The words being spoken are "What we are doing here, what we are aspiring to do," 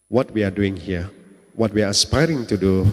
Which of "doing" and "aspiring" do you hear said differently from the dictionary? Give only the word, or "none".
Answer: none